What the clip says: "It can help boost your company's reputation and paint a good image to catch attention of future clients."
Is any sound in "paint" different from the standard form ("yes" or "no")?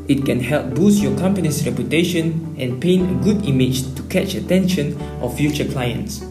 yes